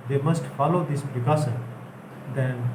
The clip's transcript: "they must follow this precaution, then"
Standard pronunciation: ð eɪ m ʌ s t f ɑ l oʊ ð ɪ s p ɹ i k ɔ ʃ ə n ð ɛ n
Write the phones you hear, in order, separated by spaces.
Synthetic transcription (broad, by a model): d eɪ m ʌ s t f ɑ l oʊ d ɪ s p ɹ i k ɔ s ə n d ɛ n